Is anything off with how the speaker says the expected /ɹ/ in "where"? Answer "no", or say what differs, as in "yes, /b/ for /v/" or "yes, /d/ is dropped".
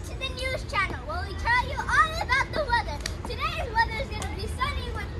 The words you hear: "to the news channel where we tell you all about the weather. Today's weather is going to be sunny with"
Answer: yes, /l/ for /ɹ/